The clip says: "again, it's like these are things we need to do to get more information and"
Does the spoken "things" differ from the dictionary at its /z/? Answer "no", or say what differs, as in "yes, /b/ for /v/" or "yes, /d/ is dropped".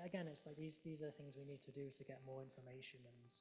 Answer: no